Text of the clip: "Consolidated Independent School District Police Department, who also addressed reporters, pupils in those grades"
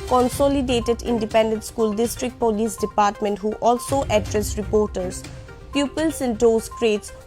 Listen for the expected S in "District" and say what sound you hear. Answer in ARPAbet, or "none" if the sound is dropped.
S